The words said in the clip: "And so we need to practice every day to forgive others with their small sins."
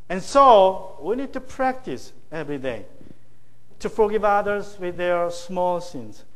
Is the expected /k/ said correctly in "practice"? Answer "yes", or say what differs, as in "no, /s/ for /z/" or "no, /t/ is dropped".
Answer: yes